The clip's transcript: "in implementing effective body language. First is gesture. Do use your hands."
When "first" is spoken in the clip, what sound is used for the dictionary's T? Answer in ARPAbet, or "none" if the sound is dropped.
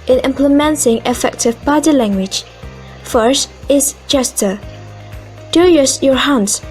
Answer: T